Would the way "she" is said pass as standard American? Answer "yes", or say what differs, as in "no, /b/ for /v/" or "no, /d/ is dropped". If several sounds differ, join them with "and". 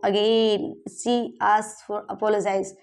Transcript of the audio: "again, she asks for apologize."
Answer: no, /s/ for /ʃ/